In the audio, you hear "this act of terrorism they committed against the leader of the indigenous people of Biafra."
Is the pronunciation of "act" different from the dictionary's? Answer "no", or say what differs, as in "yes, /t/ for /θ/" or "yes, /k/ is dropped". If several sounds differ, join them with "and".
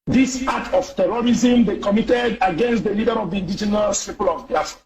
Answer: yes, /k/ is dropped